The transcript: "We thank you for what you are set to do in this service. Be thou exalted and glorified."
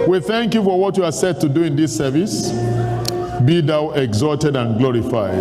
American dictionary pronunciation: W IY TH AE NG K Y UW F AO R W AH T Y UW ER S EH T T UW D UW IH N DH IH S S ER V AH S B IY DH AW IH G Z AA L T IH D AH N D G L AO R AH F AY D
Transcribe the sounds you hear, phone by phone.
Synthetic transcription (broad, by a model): W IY TH AE NG K Y UW F AO R W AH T Y UW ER S EH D T UW D UW IH N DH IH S S ER V AH S B IY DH AW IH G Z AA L T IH D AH N G L AO R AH F AY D